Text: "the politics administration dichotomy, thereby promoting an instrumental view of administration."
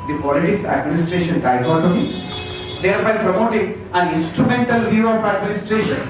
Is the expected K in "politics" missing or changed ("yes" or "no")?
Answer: no